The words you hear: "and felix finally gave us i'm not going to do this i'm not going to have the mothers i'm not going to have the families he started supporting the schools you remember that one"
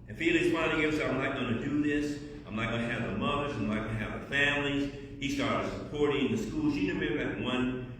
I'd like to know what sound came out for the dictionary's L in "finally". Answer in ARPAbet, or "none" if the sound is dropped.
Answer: none